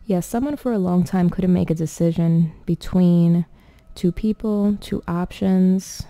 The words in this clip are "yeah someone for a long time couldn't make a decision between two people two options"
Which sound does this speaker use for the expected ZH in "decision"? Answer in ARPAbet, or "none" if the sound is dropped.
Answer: ZH